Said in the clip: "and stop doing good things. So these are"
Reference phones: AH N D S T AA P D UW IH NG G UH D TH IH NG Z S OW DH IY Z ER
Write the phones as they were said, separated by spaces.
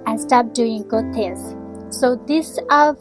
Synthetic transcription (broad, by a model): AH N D S T AA P D UW IH NG G UH D T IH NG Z S OW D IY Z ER